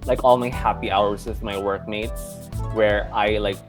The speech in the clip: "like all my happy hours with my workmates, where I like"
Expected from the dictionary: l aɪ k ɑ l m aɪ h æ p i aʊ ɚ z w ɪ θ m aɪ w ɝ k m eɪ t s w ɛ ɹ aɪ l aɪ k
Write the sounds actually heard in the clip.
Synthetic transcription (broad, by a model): l aɪ k ɑ l m aɪ h æ p i aʊ ɚ z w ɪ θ m aɪ w ɝ k m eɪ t w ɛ ɹ aɪ l aɪ k